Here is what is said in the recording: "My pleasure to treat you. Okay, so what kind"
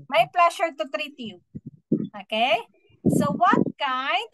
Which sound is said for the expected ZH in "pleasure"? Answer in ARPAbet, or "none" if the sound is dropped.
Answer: SH